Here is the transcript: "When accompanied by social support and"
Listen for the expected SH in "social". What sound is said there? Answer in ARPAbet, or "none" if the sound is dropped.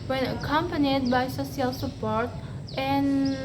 S